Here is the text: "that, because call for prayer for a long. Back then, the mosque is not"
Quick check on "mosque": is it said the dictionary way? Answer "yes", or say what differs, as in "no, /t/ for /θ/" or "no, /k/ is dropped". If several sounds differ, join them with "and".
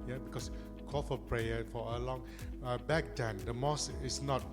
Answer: no, /k/ is dropped